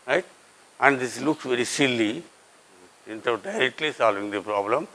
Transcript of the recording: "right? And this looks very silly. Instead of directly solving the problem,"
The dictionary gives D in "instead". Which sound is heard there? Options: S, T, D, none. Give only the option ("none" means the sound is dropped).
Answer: none